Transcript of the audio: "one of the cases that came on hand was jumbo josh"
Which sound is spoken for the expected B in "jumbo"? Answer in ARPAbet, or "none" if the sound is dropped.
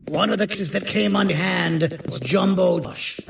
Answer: B